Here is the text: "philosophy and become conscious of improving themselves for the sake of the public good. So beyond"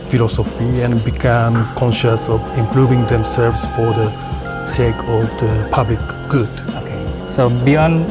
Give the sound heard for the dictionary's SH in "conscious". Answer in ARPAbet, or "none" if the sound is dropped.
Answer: SH